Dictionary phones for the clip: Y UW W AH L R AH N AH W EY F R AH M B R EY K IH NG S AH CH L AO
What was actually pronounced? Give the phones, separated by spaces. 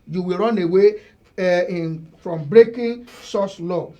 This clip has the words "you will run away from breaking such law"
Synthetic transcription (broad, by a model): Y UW W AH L R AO N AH W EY F R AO M B R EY K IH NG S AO S L AO